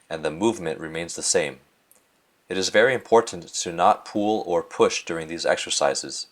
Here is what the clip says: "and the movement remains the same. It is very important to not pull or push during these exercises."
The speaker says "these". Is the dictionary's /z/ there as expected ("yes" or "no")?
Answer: yes